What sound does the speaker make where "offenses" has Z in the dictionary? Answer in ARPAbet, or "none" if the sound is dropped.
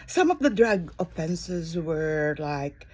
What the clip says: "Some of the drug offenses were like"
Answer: Z